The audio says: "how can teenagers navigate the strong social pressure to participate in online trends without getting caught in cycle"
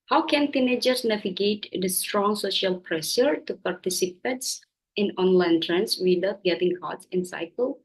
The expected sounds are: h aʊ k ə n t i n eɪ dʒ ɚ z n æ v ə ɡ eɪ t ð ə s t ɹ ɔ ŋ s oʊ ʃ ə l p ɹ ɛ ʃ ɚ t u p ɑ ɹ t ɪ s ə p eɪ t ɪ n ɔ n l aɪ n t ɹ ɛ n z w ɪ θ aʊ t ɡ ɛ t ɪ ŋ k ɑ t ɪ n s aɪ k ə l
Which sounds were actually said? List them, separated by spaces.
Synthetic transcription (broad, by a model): h aʊ k ə n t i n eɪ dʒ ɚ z n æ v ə ɡ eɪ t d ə s t ɹ ɔ ŋ s oʊ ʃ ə l p ɹ ɛ ʃ ɚ t u p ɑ ɹ t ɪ s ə p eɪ t ɪ n ɔ n l aɪ n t ɹ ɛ n s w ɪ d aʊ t ɡ ɛ t ɪ ŋ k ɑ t ɪ n s aɪ k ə l